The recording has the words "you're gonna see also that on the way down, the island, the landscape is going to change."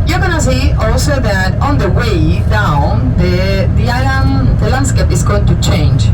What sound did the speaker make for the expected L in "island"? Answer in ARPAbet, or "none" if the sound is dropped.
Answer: none